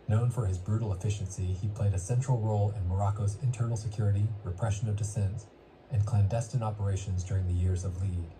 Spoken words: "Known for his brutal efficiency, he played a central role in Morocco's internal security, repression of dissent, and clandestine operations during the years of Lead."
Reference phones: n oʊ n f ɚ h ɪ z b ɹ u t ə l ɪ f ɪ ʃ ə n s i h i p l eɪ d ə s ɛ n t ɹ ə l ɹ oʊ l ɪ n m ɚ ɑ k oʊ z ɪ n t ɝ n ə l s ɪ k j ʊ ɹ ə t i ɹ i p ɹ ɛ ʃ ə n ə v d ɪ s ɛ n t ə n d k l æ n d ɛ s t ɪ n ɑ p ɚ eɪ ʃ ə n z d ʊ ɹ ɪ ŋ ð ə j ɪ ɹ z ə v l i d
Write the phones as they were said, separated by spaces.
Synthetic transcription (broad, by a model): n oʊ n f ɚ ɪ z b ɹ u t l ɪ f ɪ ʃ ə n s i i p l eɪ d ə s ɛ n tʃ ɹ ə l ɹ oʊ l ɪ n m ɚ ɑ k oʊ z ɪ n t ɝ n l s ɪ k j ʊ ɹ ə t i ɹ i p ɹ ɛ ʃ ə n ə v d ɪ s ɛ n t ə n k l æ n d ɛ s t ɪ n ɑ p ɚ eɪ ʃ ə n z d ʊ ɹ ɪ ŋ ð ə j ɪ ɹ z ə v l i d